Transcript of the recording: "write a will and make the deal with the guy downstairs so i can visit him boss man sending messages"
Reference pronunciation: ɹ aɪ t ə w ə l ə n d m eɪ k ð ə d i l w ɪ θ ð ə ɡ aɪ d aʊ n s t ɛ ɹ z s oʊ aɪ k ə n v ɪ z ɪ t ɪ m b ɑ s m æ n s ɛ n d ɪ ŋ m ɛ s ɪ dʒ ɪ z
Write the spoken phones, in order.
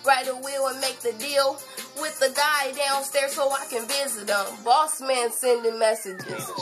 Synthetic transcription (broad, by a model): ɹ aɪ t ə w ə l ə n m eɪ k ð ə d i l w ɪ ð ə ɡ aɪ d aʊ n s t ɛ ɹ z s oʊ aɪ k ə n v ɪ z ɪ t ɪ m b ɑ s m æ n s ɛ n d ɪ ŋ m ɛ s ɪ dʒ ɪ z